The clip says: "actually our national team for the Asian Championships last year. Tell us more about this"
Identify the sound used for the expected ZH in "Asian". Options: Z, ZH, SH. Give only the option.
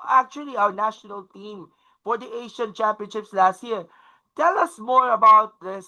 SH